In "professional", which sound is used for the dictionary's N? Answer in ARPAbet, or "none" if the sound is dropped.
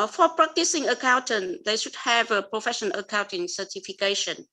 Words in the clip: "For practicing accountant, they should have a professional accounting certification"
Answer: none